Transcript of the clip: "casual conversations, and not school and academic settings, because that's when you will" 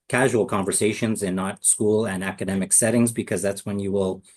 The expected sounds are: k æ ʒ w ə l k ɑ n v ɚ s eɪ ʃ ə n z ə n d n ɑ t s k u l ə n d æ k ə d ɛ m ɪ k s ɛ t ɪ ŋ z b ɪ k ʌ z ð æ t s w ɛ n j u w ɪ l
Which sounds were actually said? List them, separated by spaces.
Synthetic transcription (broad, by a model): k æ ʒ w l k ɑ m v ɚ s eɪ ʃ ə n z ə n n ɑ t s k u l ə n æ k ə d ɛ m ɪ k s ɛ t ɪ ŋ z b ɪ k ʌ z ð æ t s w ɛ n j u w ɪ l